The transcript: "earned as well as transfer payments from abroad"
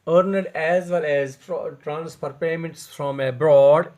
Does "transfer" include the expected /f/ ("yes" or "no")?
no